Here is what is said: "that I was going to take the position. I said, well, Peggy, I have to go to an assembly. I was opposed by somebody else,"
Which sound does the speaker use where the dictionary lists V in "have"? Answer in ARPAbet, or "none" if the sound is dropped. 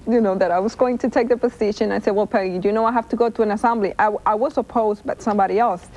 F